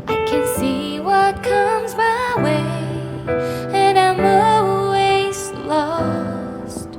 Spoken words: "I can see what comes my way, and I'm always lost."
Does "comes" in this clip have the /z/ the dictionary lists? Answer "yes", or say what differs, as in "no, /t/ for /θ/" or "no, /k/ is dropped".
yes